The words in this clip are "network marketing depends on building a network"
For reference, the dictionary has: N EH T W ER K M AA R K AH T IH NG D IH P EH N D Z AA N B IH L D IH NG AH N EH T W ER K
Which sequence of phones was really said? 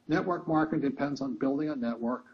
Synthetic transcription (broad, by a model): N EH T W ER K M AA R K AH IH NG D IH P EH N D Z N B IH L D IH NG AH N EH T W ER K